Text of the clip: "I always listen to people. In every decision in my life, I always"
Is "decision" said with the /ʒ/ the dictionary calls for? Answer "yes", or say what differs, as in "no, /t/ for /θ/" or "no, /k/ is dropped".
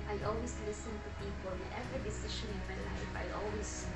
no, /ʃ/ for /ʒ/